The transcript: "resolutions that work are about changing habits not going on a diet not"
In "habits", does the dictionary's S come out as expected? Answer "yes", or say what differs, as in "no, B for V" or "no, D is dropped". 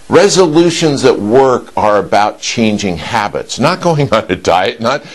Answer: yes